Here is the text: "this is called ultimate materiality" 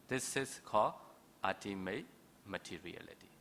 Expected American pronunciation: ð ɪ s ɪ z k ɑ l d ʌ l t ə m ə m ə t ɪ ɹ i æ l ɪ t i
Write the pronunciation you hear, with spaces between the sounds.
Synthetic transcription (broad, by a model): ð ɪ s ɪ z k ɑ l ʌ t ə m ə m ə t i ɹ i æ l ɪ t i